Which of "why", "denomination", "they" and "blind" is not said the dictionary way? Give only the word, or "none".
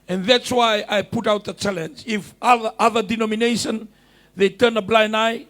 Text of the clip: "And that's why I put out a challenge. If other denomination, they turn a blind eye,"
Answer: blind